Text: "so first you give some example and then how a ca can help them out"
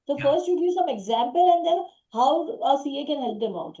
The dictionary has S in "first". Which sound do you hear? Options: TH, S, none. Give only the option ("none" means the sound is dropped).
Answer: S